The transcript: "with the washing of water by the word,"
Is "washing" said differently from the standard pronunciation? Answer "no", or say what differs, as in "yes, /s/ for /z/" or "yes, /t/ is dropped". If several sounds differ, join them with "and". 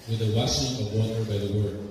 yes, /s/ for /ʃ/